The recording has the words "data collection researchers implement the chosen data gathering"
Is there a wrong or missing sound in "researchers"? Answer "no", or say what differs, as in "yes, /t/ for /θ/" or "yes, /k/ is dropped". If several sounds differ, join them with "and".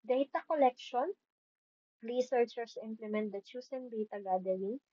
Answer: yes, /l/ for /ɹ/ and /s/ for /z/